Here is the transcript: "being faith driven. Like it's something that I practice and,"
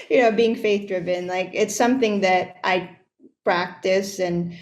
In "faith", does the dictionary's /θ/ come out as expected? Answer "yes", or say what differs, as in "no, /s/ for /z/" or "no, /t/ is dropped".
yes